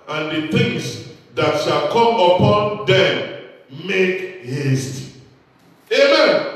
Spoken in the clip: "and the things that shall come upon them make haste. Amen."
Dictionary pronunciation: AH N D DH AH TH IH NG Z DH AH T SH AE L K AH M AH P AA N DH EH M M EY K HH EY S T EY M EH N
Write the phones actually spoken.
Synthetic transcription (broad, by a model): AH N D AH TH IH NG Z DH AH T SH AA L K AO M AH P AA N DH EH M M EY K HH EY S T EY M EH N